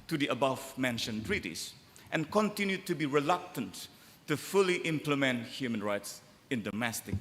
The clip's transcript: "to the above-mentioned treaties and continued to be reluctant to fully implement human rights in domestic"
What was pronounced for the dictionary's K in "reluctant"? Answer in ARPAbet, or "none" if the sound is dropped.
K